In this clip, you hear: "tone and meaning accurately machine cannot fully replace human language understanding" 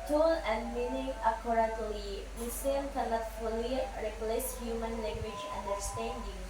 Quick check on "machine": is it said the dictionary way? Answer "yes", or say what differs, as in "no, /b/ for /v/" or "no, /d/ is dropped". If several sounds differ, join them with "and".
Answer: no, /s/ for /ʃ/